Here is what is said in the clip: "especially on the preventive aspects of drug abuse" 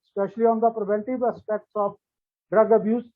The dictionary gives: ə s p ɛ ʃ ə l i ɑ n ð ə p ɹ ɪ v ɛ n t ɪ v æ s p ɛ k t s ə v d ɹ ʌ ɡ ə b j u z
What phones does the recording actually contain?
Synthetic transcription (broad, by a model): s p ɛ ʃ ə l i ɑ n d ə p ɹ ɪ v ɛ n t ɪ v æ s p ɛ k t s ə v d ɹ ʌ ɡ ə b j u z